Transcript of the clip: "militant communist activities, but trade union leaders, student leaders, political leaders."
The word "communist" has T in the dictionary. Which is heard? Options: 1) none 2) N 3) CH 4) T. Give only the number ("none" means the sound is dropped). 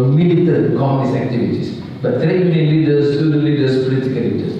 1